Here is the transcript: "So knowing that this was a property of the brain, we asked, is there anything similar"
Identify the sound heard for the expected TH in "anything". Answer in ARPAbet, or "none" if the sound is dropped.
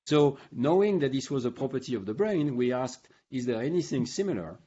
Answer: TH